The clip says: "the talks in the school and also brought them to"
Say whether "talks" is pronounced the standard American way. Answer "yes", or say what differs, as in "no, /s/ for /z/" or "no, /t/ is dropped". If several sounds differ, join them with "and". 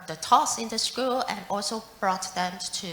no, /k/ is dropped